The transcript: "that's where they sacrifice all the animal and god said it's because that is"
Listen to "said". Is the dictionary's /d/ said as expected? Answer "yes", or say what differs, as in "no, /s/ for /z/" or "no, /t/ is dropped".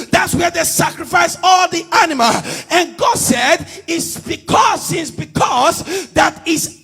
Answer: yes